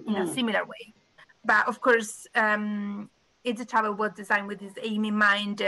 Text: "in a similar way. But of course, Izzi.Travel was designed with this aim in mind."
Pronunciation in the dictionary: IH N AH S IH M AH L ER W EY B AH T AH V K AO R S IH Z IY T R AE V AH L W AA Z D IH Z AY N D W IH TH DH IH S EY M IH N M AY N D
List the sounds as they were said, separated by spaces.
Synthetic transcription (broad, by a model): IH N AH S IH M AH L ER W EY B AH T AH V K AO R S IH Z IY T AA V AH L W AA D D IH Z AY N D W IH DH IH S EY M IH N M AY N D